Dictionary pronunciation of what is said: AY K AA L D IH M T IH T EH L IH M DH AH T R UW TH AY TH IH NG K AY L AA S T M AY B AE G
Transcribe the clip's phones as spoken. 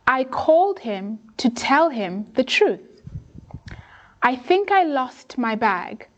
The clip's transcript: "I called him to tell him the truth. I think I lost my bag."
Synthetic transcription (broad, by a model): AY K AA L D IH M T IH T EH L IH M DH AH T R UW TH AY TH IH NG K AY L AA S T M AY B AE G